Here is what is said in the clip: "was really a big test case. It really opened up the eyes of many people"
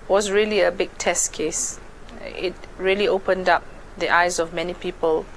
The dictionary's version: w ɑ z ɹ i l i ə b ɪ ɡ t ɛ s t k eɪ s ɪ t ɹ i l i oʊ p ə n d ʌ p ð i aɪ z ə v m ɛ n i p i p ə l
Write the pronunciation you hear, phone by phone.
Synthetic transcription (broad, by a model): w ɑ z ɹ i l i ə b ɪ ɡ t ɛ s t k eɪ s ɪ t ɹ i l i oʊ p ə n d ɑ p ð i aɪ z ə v m ɛ n i p i p ə l